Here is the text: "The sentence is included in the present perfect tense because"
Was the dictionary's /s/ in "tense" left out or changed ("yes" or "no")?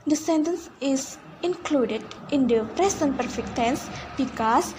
no